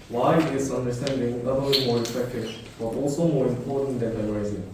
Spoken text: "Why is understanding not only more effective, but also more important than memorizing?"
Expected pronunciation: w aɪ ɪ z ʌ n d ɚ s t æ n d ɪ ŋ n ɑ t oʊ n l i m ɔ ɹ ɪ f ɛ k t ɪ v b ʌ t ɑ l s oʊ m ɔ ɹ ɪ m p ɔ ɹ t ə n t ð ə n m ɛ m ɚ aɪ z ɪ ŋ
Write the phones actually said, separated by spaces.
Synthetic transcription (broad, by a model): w aɪ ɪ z ʌ n d ɚ s t æ n d ɪ ŋ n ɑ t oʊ l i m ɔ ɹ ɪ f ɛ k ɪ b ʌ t ɑ l s oʊ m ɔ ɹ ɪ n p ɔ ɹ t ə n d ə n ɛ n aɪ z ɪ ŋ